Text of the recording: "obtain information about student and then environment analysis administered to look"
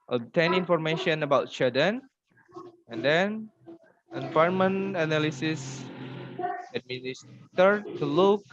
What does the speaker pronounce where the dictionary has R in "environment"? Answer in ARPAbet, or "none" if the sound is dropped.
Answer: none